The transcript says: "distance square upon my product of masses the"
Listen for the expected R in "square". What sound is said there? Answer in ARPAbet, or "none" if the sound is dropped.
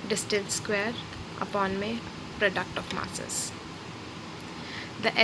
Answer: R